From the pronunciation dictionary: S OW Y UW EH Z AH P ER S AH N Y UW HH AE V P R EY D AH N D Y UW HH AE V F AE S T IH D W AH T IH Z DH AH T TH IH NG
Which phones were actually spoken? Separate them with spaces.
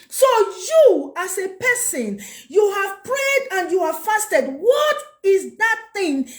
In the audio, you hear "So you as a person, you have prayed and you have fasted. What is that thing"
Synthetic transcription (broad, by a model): S OW Y UW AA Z AH P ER S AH N Y UW HH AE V P R EY D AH N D Y UW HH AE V F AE S T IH D W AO T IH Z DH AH T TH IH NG